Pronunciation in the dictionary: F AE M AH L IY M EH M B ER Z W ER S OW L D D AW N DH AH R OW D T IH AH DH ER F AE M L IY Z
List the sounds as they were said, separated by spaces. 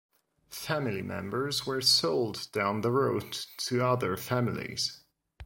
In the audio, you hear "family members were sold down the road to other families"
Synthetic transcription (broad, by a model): F AE M AH L IY M EH M B ER Z W ER S OW L D D AW N DH AH R OW D T IH AH DH ER F AE M L IY Z